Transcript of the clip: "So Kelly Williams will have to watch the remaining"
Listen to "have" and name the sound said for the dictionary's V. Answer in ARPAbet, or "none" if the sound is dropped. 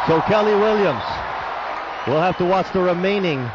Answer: F